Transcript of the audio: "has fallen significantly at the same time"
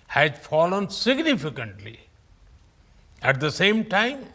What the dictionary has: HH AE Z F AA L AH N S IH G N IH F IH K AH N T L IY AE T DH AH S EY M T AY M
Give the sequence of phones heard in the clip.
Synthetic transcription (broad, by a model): HH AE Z F AA L AH N S IH G N IH F IH K AH N T L IY AE T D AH S EY M T AY M